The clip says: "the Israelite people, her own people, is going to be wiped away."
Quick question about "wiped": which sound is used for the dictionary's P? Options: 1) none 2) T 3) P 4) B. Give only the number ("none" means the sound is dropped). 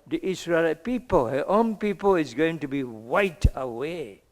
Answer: 1